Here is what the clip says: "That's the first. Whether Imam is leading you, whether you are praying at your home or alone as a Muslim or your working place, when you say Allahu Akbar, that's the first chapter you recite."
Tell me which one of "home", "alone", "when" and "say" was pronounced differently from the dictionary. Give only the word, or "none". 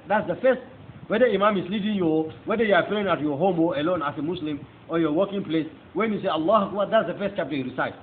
none